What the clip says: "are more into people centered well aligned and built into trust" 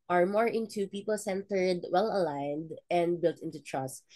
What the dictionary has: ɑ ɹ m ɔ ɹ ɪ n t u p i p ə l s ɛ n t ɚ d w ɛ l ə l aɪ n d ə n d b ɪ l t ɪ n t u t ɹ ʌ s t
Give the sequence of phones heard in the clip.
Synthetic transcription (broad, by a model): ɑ ɹ m ɔ ɹ ɪ n t u p i p ə l s ɛ n t ɚ d w ɛ l ə l aɪ n d ə n d b ɪ l t ɪ n t u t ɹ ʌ s t